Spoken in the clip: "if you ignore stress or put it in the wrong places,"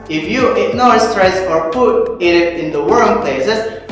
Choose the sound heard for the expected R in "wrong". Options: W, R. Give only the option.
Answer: W